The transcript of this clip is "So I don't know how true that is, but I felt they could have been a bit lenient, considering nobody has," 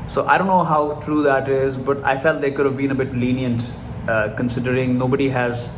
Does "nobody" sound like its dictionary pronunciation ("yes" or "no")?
yes